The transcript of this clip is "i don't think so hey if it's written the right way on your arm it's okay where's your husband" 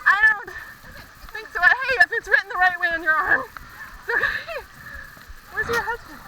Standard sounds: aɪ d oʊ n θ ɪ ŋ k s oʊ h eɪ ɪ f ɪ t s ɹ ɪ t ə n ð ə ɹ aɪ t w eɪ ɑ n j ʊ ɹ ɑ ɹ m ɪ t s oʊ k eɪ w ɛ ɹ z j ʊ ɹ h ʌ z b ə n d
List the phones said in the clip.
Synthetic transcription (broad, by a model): aɪ d oʊ n θ ɪ ŋ k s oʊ h eɪ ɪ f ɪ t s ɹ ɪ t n ð ə ɹ aɪ t w eɪ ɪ n j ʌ ɹ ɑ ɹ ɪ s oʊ ʊ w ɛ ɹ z j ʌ ɹ h ʌ z b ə n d